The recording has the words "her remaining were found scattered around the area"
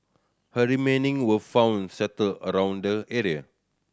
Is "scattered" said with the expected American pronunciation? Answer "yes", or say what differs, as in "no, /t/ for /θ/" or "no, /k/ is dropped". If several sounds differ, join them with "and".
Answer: no, /k/ is dropped